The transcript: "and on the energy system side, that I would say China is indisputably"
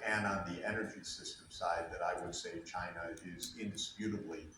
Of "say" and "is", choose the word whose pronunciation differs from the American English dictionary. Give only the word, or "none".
none